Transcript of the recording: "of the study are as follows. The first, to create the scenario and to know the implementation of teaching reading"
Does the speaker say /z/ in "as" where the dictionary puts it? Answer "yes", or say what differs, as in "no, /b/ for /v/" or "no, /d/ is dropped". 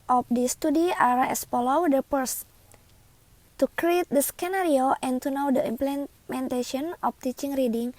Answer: no, /s/ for /z/